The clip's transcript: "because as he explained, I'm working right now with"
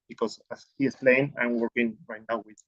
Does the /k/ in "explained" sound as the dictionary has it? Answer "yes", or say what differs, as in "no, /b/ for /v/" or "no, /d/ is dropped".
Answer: no, /k/ is dropped